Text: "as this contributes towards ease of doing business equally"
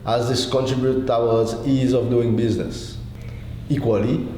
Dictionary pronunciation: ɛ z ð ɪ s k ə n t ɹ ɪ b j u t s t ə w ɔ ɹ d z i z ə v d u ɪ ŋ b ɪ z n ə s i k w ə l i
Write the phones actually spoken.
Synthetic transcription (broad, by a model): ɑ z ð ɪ s k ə n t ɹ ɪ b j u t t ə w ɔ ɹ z i z ə v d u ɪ ŋ b ɪ z n ə s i k w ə l i